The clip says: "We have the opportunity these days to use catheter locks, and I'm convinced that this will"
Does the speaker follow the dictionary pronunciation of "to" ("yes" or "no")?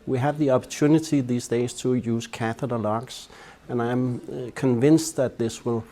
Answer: yes